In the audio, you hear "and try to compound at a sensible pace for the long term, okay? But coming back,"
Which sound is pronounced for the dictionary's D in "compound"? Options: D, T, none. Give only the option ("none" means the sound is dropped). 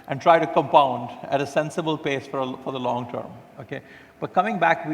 D